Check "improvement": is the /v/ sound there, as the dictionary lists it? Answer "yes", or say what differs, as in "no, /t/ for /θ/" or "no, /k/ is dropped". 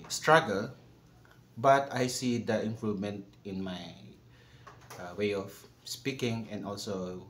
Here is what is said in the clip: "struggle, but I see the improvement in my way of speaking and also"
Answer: no, /v/ is dropped